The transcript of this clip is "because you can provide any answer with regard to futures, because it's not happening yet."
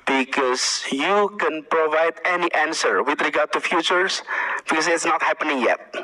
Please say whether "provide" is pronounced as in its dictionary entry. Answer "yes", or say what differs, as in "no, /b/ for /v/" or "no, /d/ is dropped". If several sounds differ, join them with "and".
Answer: yes